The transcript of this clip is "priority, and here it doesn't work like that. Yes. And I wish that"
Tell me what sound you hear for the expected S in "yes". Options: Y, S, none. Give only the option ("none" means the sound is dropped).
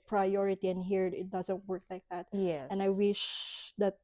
none